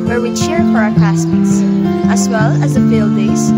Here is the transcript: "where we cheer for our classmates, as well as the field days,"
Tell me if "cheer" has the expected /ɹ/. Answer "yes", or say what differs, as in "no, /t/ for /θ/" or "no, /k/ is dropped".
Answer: yes